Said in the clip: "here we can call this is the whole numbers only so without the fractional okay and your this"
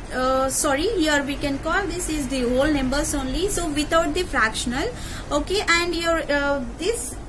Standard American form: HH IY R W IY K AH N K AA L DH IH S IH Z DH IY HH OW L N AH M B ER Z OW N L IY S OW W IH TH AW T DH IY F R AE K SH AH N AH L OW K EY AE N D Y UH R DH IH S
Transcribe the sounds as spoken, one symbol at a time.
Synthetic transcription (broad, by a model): HH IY R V IY K AH N K AA L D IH S IH Z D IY HH OW L N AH M B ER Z OW N L IY S OW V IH T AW T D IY F R AE K SH AH N AH L OW K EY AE N D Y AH R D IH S